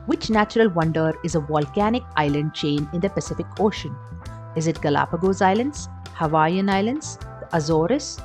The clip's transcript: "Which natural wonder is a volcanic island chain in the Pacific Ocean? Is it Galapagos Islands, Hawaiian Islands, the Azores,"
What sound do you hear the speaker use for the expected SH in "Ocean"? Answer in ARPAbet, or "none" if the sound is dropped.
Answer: SH